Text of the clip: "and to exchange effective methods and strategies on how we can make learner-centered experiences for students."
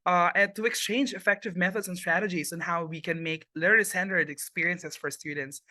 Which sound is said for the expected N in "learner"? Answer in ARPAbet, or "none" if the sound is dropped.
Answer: L